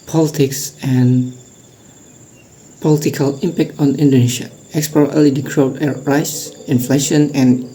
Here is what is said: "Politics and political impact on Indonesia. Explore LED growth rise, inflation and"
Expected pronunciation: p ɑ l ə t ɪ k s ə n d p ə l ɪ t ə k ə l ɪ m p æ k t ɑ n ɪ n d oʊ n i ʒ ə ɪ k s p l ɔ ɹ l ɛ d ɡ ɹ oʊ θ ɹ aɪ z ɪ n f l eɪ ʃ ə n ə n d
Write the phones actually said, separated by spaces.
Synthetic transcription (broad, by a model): p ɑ l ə t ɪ k s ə n p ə l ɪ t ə k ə l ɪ m p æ k t ɑ n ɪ n d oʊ n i ʃ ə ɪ k s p ɔ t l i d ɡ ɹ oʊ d ɹ aɪ s ɪ n f l eɪ ʃ ə n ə n